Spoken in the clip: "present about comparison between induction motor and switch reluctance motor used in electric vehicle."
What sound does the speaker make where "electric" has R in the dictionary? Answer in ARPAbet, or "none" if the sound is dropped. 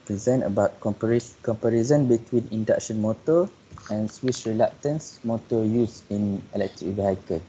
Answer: R